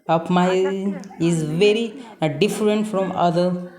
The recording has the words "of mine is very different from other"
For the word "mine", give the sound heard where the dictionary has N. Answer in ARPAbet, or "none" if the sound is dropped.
none